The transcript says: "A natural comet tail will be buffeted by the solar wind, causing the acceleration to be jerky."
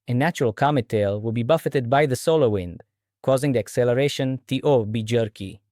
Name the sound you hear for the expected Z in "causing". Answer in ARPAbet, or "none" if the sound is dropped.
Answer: Z